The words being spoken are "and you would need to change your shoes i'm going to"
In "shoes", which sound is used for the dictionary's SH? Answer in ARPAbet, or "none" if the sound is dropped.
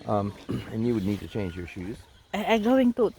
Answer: SH